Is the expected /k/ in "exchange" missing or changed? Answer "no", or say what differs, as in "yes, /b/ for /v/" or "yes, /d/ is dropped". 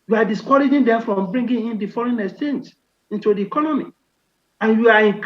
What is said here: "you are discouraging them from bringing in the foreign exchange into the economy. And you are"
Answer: yes, /k/ is dropped